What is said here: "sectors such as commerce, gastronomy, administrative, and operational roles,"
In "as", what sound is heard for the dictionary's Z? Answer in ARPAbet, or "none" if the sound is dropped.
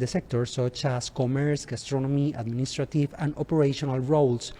S